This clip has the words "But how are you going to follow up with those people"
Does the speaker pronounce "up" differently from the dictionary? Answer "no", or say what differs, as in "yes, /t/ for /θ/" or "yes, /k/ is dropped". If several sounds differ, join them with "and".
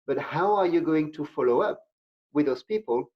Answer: no